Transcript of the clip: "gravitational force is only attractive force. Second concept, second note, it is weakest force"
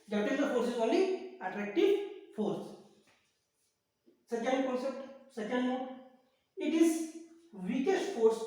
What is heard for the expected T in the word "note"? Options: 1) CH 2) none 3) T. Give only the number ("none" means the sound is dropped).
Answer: 2